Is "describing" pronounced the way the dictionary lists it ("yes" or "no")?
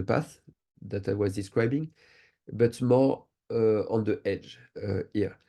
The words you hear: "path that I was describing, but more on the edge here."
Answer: yes